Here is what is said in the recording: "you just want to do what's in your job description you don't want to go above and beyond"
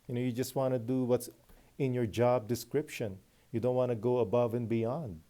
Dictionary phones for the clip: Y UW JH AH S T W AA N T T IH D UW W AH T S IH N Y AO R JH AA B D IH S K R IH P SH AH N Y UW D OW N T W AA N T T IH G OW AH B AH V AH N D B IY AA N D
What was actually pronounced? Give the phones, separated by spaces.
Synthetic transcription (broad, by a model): Y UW JH AH S T W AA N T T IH D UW W AH T S IH N Y AO R JH AA B D IH S K R IH P SH AH N Y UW D OW N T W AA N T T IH G OW AH B AH V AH N B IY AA N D